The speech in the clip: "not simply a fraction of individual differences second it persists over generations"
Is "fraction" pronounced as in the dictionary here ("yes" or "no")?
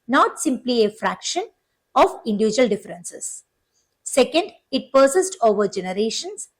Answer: yes